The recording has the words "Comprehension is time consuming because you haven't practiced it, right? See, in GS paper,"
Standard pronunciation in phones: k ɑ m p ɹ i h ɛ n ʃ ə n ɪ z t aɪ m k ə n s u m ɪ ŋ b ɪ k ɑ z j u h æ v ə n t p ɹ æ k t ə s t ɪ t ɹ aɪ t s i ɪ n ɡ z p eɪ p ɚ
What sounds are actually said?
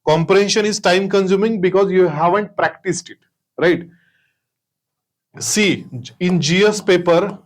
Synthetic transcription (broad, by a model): k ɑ m p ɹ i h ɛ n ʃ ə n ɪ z t aɪ m k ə n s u m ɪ ŋ b ɪ k ɑ z j u h æ v ə n t p ɹ æ k t ə s t ɪ t ɹ aɪ t s i ɪ n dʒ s p eɪ p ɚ